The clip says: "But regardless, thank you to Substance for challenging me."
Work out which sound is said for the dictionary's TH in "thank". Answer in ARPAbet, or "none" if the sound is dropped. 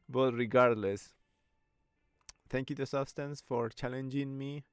T